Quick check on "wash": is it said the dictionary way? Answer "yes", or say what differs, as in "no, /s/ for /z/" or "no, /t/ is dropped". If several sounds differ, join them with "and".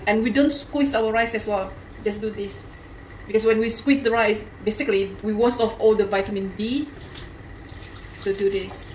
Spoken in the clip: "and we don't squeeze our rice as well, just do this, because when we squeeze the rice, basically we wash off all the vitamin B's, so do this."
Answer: no, /s/ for /ʃ/